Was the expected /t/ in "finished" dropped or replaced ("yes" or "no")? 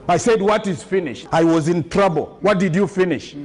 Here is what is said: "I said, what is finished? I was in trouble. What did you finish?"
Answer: no